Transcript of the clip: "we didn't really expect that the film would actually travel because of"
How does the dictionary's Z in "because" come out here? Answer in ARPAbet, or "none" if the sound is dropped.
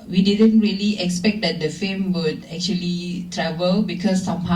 S